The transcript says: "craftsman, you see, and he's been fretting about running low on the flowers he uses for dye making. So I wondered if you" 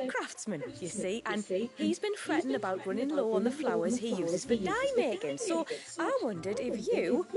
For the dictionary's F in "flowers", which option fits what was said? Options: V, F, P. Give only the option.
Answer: F